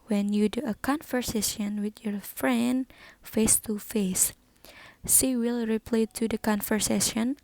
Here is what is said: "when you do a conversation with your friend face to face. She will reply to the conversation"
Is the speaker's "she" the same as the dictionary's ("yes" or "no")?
no